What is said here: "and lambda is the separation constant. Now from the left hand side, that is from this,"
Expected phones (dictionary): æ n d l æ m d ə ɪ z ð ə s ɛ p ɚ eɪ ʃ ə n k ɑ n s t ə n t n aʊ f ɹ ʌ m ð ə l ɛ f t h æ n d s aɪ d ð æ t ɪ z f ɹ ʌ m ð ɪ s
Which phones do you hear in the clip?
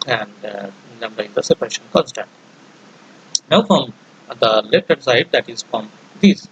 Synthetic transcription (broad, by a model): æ n d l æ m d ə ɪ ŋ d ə s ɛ p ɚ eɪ ʃ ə n k ɑ n s t ə n t n aʊ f ɹ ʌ m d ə l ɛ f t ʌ d s aɪ d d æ t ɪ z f ɹ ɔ m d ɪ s